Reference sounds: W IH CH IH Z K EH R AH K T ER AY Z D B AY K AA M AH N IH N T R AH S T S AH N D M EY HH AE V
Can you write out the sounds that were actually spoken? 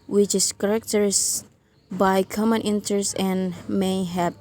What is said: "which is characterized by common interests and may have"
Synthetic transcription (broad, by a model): W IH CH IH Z K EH R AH K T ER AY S B AY K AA M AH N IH N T AH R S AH N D M EY HH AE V